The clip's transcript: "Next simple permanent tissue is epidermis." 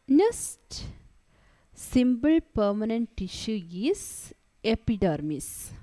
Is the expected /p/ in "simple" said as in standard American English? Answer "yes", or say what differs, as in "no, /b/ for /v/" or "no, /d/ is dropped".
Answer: no, /b/ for /p/